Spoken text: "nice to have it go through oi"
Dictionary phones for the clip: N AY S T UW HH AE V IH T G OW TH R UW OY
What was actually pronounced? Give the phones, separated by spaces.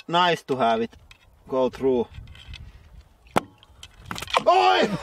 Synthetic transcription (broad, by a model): N AY S T UW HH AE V IH T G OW T R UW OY